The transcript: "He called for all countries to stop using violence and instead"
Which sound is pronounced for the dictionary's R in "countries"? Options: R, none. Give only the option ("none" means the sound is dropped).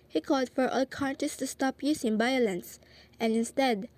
none